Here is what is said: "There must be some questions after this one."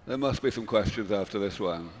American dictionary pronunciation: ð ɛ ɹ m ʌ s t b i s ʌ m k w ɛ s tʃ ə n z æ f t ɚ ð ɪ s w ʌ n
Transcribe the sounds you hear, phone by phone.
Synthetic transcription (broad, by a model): ð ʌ ɹ m ʌ s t b i s ʌ m k w ɛ s tʃ ə n z æ f t ɚ ð ɪ s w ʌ n